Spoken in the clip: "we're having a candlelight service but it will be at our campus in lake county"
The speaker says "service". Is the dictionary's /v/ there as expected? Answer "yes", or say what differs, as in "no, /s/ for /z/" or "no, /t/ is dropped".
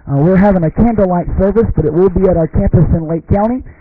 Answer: yes